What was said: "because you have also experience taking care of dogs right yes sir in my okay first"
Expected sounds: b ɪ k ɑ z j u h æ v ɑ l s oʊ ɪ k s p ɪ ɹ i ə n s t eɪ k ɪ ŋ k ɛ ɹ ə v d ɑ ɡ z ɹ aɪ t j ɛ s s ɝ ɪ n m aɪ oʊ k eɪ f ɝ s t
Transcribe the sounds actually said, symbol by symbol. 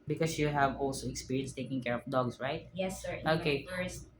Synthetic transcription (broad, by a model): b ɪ k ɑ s j u h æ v ɑ l s oʊ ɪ k s p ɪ ɹ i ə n s t eɪ k ɪ ŋ k ɛ ɹ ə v d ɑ ɡ s ɹ aɪ t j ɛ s s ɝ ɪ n oʊ k eɪ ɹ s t